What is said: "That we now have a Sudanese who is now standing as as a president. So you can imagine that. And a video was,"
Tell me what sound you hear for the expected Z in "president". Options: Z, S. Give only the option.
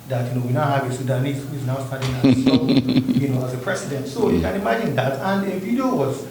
S